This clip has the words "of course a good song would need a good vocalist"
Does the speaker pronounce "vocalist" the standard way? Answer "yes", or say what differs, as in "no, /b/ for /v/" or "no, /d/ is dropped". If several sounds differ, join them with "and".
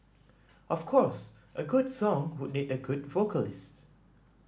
yes